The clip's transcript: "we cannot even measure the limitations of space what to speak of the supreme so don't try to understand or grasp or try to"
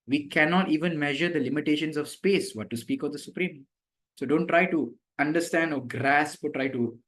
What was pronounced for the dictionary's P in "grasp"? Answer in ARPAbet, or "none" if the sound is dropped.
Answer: P